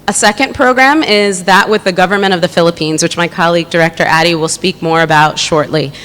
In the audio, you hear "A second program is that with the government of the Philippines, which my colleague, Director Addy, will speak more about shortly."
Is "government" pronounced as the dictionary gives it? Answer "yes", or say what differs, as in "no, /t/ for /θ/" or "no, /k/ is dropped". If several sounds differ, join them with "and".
no, /n/ is dropped